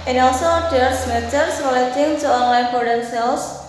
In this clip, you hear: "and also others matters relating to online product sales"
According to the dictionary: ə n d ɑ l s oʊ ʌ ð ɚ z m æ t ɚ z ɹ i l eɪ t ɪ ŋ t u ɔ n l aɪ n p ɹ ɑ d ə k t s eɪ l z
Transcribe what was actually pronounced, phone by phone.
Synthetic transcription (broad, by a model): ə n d ɑ l s oʊ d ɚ s m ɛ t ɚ s ɹ i l eɪ t ɪ ŋ t u ɔ n l aɪ n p ɑ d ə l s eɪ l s